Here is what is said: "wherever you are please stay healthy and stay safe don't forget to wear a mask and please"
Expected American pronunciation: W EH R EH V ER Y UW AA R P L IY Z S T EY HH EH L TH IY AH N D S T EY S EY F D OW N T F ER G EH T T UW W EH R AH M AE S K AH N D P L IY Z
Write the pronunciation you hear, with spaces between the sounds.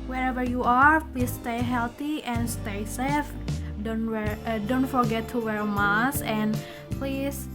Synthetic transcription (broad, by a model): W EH R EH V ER Y UW AA R P L IY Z S T EY HH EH L T IY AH N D S T EY S EY F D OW N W F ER G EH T T UW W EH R M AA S AH N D P L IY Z